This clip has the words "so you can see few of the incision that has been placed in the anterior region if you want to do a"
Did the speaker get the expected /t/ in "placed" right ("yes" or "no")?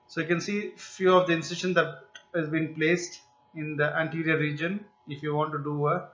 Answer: yes